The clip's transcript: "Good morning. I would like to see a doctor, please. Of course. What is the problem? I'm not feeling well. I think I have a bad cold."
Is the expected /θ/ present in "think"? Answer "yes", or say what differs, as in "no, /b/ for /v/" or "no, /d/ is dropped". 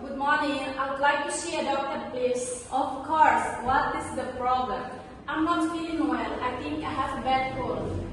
no, /t/ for /θ/